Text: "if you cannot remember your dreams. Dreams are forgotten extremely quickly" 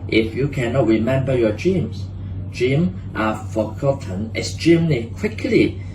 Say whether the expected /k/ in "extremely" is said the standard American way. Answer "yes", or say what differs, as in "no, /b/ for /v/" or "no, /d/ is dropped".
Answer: no, /k/ is dropped